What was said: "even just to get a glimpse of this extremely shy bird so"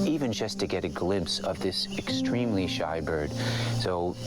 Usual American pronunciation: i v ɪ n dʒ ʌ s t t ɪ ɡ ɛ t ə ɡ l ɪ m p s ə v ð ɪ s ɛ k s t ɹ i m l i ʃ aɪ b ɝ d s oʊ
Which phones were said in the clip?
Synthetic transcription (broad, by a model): i v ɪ n dʒ ʌ s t t ɪ ɡ ɛ t ə ɡ l ɪ m p s ə v ð ɪ s ɛ k s t ɹ i m l i ʃ aɪ b ɝ d s oʊ